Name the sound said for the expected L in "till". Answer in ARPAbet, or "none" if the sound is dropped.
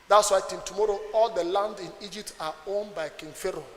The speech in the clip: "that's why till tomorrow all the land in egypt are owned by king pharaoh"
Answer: N